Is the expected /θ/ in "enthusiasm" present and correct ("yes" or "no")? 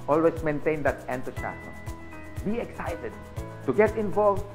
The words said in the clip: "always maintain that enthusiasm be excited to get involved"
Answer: no